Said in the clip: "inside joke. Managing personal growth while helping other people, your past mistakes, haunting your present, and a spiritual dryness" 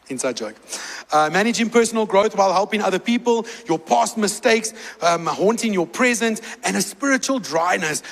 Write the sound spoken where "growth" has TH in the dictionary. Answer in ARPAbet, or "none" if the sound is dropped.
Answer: TH